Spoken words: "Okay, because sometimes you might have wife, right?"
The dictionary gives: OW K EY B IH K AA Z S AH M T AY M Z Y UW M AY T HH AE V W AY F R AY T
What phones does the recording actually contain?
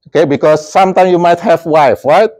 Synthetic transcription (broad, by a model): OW K EY B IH K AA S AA M T AY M Y UW M AY T HH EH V W AY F R AY T